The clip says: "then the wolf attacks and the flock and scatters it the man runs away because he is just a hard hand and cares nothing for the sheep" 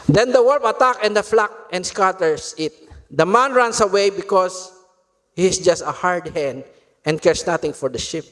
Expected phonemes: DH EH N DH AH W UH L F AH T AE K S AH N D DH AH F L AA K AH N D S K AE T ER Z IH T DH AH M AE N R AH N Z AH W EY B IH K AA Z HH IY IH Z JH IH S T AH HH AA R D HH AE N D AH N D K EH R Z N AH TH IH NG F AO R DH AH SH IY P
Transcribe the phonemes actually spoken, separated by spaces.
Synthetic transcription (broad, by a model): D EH N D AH W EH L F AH T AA K AH N D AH F L AA K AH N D S K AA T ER S IH T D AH M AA N R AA N S AH W EY B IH K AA S HH IY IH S JH IH S T AH HH AA R D HH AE N D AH N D K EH R S N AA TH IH NG F AO R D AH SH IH P